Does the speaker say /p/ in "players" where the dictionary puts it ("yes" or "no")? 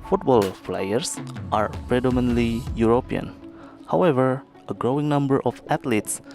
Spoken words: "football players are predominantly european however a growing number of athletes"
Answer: no